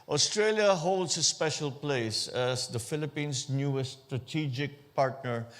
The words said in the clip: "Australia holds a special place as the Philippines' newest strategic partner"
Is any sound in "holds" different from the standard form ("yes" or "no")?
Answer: yes